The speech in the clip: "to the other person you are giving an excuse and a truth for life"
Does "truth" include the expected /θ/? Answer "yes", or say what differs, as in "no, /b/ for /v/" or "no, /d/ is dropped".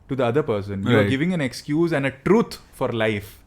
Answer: no, /t/ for /θ/